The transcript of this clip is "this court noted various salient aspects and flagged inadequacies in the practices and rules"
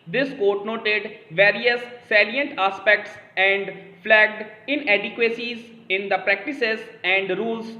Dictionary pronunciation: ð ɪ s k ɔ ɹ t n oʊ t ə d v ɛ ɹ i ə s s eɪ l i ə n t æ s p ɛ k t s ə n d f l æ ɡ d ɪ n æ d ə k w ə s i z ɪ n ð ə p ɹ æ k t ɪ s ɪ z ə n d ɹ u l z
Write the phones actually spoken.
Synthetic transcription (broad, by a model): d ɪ s k ɔ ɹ t n oʊ t ə d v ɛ ɹ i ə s s eɪ l i ə n t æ s p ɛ k t s ə n d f l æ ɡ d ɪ n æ d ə k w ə s i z ɪ n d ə p ɹ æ k t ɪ s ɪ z ə n d ɹ u l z